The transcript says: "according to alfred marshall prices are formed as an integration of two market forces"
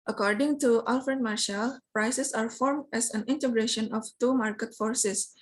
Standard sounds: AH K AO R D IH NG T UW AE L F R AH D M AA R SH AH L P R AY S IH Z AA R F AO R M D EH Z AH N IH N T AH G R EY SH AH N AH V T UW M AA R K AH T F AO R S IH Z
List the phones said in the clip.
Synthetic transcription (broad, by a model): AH K AO R D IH NG T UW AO L F R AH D M AA R SH AH L P R AY S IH S AA R F AO R M D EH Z AH N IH N T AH G R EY SH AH N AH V T UW M AA R K AH T F AO R S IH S